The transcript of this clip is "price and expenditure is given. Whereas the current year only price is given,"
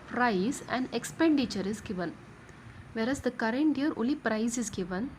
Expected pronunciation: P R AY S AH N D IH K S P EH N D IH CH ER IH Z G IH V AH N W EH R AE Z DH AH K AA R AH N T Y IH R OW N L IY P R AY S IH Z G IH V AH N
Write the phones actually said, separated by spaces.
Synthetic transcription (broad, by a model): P R AY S AH N D IH K S P EH N D IH CH ER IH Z G IH V AH N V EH R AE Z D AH K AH R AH N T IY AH R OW L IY P R AY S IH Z G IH V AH N